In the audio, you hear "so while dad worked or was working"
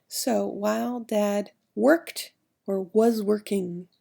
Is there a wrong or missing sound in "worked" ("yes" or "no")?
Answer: no